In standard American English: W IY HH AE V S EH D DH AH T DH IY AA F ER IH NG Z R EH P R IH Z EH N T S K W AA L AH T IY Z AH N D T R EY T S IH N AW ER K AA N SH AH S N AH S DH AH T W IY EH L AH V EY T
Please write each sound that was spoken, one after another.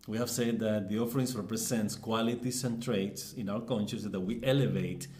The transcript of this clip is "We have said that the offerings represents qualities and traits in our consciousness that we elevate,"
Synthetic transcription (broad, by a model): W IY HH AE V S EH D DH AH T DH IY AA F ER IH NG S R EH P R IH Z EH N T S K W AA L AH T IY S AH N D T R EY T S IH N AW ER K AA N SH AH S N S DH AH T W IY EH L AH V EY T